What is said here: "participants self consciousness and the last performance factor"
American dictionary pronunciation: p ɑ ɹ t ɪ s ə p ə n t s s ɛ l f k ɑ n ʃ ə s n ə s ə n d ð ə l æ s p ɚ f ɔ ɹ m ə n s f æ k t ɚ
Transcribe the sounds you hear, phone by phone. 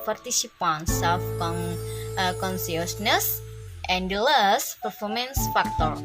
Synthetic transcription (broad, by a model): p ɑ ɹ t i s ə p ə n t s s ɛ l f k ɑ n s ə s n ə s ə n d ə l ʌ s p ɚ f ɔ ɹ m ə n s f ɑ k t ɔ